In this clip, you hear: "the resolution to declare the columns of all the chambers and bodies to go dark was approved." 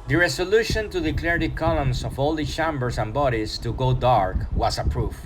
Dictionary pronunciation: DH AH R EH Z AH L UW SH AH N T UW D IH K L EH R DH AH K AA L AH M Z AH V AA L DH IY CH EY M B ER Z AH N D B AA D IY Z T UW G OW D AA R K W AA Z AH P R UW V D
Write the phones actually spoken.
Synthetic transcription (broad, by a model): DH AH R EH S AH L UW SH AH N T UW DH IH K L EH R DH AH K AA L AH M S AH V AA L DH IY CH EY M B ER S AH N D B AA D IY S T UW G OW D AA R K W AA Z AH P R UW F